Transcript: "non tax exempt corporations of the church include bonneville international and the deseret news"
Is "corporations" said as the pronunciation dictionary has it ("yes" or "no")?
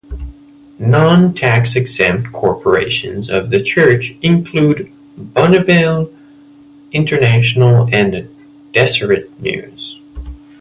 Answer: yes